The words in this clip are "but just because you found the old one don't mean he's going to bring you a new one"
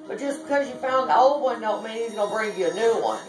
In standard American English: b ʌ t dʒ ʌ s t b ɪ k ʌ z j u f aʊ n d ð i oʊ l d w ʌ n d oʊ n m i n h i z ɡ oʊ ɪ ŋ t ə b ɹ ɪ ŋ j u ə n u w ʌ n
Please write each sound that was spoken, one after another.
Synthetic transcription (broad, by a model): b ʌ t ʒ ʌ s b ɪ k ʌ z j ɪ f aʊ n ð i oʊ l d w ʌ n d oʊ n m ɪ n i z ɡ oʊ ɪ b ɹ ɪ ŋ j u ə n u w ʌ n